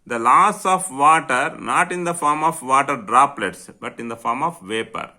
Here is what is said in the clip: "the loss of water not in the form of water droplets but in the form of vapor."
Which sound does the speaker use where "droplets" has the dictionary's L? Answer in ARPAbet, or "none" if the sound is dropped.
L